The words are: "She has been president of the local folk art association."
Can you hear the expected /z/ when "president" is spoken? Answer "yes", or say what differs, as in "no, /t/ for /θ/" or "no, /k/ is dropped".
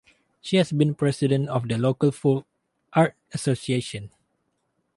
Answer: no, /s/ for /z/